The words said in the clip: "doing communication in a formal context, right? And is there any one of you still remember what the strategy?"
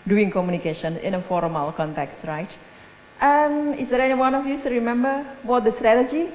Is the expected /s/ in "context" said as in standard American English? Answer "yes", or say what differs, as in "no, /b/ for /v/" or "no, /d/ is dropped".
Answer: yes